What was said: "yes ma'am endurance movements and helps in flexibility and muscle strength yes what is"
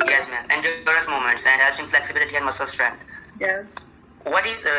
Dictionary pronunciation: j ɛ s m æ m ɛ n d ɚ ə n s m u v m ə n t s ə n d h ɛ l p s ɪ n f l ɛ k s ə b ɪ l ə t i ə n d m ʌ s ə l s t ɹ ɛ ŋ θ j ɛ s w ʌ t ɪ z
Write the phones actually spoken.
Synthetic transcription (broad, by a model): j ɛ s m æ m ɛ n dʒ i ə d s m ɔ m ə n t s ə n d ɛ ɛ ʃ ɪ n f l ɛ k s ə b ɪ l ə t i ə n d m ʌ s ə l s t ɹ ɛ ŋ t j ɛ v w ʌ t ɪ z